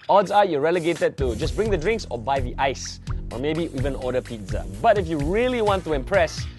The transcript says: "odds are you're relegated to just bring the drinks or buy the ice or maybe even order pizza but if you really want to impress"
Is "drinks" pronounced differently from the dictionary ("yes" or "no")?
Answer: no